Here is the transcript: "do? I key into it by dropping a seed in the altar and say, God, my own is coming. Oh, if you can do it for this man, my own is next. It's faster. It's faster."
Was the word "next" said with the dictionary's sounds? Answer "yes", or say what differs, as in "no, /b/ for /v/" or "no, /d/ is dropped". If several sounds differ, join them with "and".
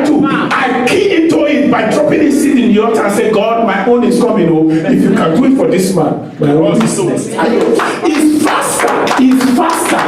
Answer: no, /k/ is dropped